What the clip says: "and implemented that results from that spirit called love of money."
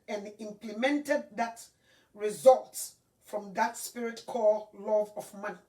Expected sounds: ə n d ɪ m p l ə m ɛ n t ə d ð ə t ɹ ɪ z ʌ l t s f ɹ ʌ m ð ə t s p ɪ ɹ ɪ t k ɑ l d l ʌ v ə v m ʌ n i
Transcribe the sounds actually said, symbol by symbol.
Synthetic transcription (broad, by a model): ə n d ɪ m p l ə m ɛ n t ə d ð ə t ɹ ɪ z ʌ l t s f ɹ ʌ m ð ə t s p ɪ ɹ ɪ t k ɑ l l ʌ v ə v m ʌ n